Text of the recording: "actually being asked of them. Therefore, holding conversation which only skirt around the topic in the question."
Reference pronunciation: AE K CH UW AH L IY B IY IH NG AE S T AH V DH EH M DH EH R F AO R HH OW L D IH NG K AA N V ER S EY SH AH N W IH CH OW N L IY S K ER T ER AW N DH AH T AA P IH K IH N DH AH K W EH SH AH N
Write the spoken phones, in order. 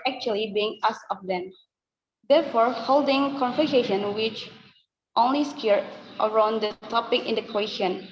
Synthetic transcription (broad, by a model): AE K CH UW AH L IY B IY IH NG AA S AH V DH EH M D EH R F AO R HH OW L D IH NG K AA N F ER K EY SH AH N W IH CH OW N L IY S K ER T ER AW N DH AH T AA P IH K IH N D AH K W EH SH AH N